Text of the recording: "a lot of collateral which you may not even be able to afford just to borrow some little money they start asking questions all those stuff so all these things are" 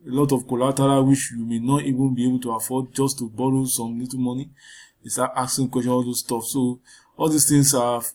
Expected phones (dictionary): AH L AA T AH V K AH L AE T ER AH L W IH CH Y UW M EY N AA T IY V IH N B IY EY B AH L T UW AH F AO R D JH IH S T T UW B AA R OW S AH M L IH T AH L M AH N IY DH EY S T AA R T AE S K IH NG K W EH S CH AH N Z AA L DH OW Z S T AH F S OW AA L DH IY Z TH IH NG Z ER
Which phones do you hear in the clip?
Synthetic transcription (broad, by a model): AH L AA T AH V K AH L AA T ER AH W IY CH Y UW M EY N AA T IY V IH N B IY EY B AH L T UW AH F AO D JH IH S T T UW B AA R OW S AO M L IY T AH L M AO N IY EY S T AA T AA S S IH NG K W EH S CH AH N AA L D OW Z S T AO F S OW AA L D IY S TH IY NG S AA